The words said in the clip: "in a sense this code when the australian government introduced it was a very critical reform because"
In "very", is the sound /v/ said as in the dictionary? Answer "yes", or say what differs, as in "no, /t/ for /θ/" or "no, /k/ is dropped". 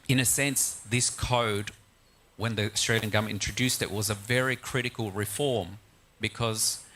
yes